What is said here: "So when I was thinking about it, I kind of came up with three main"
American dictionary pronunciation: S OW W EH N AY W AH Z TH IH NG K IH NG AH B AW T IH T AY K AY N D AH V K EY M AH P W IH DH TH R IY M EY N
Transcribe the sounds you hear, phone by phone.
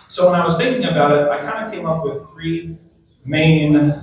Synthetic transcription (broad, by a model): S OW W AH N AY W AH Z TH IH NG K IH NG AH B AW T IH T AY K AY N D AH K EY M AH P W IH DH TH R IY M EY N